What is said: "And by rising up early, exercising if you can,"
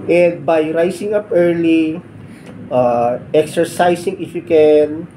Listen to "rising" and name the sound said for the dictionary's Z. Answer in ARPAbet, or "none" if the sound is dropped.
S